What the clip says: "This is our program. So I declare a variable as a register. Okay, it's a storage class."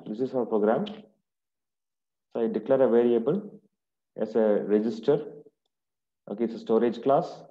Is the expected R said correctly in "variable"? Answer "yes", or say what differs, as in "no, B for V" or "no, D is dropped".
yes